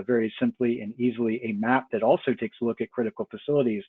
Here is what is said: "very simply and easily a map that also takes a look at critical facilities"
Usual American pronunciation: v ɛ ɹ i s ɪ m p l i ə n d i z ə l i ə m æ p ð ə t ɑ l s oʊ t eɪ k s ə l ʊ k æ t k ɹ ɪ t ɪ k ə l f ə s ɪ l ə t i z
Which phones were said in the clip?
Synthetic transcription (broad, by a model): v ɛ ɹ i s ɪ m p l i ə n i z l i ə m æ p ð ə t ɑ l s oʊ t eɪ k s l ʊ k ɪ t k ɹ ɪ t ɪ k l f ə s ɪ l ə t i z